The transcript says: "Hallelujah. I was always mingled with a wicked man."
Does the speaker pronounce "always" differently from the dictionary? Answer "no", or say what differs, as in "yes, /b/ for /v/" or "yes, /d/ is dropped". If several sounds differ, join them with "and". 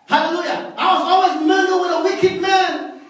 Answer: no